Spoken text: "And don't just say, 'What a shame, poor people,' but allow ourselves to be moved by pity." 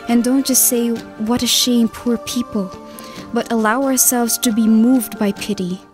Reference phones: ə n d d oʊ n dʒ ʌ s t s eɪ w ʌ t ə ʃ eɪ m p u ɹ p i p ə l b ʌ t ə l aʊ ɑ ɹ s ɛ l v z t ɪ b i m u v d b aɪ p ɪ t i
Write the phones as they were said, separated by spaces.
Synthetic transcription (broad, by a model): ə n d d oʊ n dʒ ʌ s t s eɪ w ʌ t ə ʃ eɪ m p u ɹ p i p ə l b ʌ t ə l aʊ ɑ ɹ s ɛ l v z t ɪ b i m u v d b aɪ p ɪ t i